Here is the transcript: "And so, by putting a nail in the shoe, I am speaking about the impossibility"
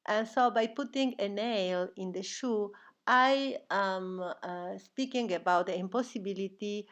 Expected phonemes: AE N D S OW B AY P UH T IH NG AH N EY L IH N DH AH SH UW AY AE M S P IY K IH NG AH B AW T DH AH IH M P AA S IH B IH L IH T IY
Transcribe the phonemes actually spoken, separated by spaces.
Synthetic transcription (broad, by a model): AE N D S OW B AY P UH T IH NG AH N EY L IH N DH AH SH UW AY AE M S P IY K IH NG AH B AW T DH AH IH M P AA S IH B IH L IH T IY